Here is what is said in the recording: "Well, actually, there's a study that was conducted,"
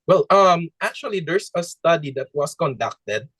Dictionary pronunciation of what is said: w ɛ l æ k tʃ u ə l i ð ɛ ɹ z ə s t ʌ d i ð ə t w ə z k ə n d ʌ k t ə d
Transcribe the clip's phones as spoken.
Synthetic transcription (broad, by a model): w ɛ l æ k tʃ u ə l i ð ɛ ɹ s ə s t ʌ d i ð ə t w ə s k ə n d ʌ k t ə d